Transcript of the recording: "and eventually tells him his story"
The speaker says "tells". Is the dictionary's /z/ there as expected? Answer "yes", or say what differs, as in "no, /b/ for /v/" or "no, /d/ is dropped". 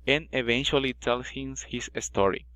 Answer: no, /s/ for /z/